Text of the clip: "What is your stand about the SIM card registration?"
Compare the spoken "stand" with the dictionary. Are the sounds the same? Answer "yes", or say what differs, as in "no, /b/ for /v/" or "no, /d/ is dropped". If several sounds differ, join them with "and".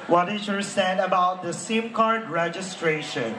no, /n/ is dropped